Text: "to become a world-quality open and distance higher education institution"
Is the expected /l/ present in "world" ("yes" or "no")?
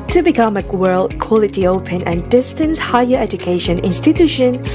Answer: yes